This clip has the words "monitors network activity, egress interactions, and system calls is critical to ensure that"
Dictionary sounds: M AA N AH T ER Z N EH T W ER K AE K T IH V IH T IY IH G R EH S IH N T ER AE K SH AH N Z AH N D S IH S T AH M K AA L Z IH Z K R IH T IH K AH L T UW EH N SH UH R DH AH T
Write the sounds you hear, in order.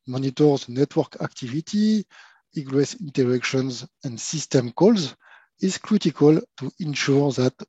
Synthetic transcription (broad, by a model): M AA N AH T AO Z N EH T W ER K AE K T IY V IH T IY IH G R EH S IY N T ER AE K SH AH N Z AH N D S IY S T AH M K AA L Z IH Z K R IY T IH K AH L T UW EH N SH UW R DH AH T